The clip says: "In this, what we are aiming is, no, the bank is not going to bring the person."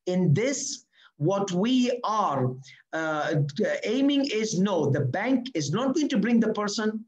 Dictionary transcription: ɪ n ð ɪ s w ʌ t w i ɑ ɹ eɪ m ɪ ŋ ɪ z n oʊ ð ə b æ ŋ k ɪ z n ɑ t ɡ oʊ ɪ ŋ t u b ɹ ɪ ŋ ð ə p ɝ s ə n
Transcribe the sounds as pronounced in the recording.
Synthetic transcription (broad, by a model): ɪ n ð ɪ s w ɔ t w i ɑ ɹ eɪ m ɪ ŋ ɪ z n oʊ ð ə b æ ŋ k ɪ z n ɑ t ɡ oʊ ɪ ŋ t u b ɹ ɪ ŋ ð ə p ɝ s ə n